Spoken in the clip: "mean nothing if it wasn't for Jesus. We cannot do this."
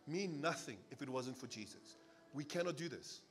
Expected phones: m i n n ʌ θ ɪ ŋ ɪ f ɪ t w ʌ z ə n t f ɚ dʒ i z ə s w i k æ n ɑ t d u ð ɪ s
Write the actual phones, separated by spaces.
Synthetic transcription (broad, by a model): m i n n ʌ θ ɪ ŋ ɪ f ɪ t w ʌ z ə n t f ɚ dʒ i z ə s w i k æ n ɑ t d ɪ ð ɪ s